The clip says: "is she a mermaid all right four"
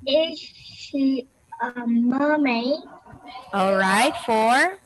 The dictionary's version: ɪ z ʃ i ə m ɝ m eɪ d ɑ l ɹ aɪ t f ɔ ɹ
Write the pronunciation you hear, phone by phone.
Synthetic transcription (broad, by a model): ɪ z ʃ i ə m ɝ m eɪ ɑ l ɹ aɪ t f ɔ ɹ